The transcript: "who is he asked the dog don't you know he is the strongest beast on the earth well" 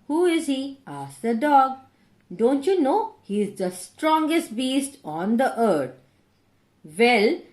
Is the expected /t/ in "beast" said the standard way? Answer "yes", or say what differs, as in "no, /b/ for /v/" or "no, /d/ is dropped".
yes